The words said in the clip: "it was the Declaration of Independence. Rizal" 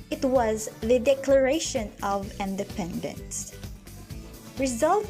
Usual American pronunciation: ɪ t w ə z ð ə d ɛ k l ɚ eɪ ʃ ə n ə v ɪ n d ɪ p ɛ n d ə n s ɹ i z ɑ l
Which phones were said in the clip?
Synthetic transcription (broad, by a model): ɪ t w ə z ð ə d ɛ k l ɚ eɪ ʃ ə n ə v ɪ n d ɪ p ɛ n d ə n s ɹ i z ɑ l